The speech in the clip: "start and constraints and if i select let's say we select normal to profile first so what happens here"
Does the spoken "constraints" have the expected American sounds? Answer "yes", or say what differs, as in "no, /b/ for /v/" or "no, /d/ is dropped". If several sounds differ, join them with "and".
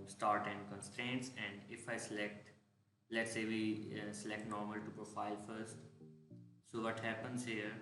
yes